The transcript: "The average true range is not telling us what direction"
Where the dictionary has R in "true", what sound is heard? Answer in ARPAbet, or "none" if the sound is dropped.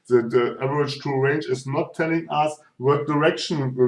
none